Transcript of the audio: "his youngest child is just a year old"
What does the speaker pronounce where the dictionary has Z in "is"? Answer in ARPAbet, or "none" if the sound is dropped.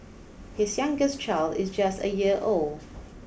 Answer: Z